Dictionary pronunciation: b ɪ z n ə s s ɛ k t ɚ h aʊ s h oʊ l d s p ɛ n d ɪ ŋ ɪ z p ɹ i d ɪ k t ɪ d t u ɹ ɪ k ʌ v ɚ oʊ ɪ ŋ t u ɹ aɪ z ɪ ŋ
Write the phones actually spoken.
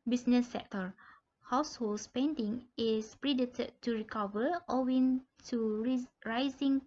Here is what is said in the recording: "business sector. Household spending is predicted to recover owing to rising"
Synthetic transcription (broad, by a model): b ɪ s n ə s s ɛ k t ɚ h aʊ s h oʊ l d s p ɛ n d ɪ ŋ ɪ s p ɹ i d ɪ t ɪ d t u ɹ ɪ k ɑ v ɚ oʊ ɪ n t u ɹ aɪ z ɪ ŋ